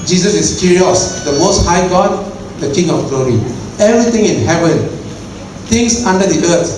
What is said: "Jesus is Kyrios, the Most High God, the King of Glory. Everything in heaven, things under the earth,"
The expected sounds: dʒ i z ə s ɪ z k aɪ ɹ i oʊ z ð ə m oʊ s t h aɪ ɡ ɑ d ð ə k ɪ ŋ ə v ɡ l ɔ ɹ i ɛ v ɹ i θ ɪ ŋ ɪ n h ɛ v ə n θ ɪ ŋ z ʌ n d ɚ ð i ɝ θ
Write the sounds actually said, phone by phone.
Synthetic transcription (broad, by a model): dʒ i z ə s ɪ s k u ɹ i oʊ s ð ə m oʊ s t h aɪ ɡ ɑ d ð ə k ɪ ŋ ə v ɡ l ɔ ɹ i ɛ v ɹ i t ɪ ŋ ɪ n h ɛ v ə n t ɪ ŋ s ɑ n d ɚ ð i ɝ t